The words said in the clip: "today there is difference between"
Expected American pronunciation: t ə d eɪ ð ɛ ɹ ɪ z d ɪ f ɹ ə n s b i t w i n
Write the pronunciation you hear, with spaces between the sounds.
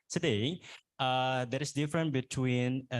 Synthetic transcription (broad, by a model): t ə d eɪ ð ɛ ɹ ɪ s d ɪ f ɹ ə n b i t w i n